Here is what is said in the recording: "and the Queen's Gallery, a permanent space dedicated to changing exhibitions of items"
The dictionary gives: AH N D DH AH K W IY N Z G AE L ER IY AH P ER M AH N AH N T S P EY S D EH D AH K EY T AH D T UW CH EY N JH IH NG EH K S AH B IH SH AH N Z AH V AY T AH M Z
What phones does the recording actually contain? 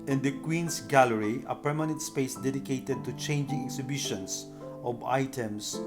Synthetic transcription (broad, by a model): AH N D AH K W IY N S G AE L ER IY AH P ER M AH N AH N T S P EY S D EH D AH K EY T AH D T UW CH EY N JH IH NG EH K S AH B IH SH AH N S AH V AY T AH M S